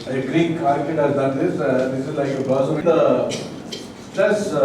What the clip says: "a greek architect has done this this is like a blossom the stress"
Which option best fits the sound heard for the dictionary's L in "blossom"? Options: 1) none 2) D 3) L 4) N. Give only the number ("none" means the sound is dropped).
1